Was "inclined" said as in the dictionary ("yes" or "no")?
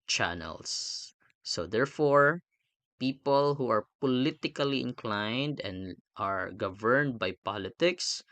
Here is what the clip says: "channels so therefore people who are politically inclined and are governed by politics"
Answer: yes